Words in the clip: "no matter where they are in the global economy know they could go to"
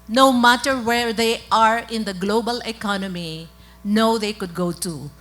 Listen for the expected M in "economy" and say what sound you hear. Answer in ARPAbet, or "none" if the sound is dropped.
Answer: M